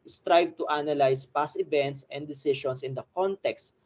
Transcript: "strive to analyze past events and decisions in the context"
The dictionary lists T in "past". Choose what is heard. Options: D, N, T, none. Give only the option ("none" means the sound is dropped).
none